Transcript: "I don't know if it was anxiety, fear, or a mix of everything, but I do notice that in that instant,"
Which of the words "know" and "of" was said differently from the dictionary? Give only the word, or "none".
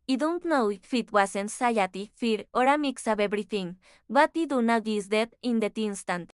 of